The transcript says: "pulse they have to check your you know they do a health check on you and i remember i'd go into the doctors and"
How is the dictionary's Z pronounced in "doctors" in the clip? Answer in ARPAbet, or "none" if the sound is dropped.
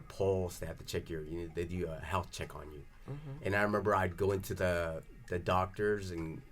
Z